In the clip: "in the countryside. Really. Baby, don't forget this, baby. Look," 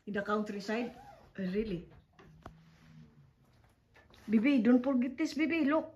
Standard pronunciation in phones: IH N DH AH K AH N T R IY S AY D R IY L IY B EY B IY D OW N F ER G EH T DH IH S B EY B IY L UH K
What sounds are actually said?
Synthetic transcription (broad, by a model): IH N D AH K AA N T R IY S AY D R IY L IY B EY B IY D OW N P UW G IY T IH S B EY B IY L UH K